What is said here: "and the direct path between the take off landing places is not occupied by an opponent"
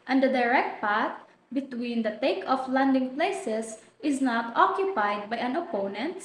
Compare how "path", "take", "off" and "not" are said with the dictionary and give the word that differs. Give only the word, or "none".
path